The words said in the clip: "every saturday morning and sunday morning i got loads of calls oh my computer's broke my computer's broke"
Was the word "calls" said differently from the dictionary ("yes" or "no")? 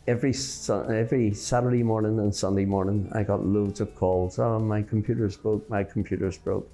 no